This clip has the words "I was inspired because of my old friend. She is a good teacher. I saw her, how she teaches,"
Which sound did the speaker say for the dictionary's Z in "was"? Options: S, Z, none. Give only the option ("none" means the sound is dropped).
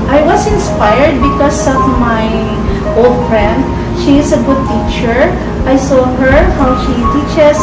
S